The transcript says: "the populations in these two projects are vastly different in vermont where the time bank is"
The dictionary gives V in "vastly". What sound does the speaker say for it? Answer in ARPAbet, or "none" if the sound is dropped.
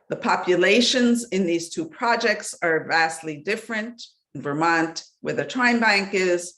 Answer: V